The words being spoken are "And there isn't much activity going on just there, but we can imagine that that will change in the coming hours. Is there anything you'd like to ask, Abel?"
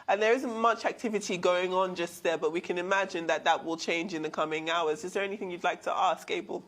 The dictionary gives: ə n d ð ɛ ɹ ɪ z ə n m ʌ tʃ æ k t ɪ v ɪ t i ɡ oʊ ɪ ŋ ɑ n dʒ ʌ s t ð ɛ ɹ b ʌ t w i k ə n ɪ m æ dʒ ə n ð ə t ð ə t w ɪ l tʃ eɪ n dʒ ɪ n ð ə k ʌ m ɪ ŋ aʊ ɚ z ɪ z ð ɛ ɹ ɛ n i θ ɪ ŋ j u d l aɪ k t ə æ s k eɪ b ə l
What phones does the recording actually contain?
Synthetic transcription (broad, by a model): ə n ð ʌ ɹ ɪ z ə n m ʌ tʃ æ k t ɪ v ɪ t i ɡ oʊ ɪ ŋ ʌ n dʒ ʌ s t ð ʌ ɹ b ʌ t w i k ə n ɪ m æ dʒ ə n ð ə t ð ə t w ɪ l tʃ eɪ n dʒ ɪ n ð ə k ʌ m ɪ ŋ aʊ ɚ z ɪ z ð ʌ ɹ ɛ n i θ ɪ ŋ j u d l aɪ k t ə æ s k eɪ b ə l